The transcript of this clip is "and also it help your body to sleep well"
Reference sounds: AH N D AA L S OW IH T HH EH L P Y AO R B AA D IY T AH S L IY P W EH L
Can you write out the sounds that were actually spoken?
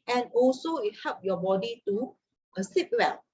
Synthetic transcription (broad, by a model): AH N AA L S OW IH T HH EH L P Y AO B AA D IY T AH S IY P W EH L